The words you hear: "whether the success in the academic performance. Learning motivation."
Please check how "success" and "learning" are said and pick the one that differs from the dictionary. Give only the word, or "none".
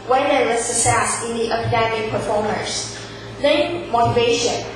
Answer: learning